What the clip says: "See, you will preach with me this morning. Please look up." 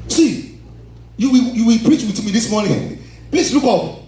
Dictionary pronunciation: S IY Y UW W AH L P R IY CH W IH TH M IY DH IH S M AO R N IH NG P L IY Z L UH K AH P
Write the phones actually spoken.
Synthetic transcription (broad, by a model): S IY Y UW W AH L P R IY CH W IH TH M IY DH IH S M AO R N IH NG P L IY S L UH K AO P